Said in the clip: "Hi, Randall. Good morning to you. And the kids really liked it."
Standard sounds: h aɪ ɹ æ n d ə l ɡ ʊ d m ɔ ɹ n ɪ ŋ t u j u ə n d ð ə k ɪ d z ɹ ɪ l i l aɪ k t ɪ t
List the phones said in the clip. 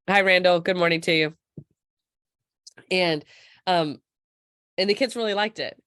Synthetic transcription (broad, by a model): h aɪ ɹ æ n d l ɡ ʊ d m ɔ ɹ n ɪ ŋ t u j u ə n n ð ə k ɪ d z ɹ ɪ l i l aɪ k t ɪ t